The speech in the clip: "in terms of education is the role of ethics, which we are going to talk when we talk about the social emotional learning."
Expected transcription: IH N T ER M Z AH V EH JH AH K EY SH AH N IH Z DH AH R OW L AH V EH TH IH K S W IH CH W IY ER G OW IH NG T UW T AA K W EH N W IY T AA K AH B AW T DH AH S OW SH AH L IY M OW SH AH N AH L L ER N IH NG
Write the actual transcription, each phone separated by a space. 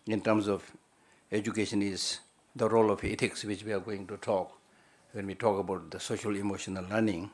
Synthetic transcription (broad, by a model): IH N T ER M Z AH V EH JH AH K EY SH AH N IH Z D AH R OW L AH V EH T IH K S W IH CH W IY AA G OW IH NG T UW T AA K W EH N W IY T AA K AH B AW T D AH S OW SH AH L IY M OW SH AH N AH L L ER N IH NG